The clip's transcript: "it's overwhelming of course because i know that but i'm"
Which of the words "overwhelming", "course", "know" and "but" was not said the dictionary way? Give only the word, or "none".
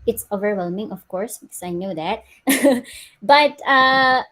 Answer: none